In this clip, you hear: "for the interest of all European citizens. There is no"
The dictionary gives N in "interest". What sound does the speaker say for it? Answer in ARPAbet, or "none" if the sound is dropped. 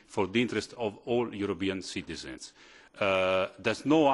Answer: N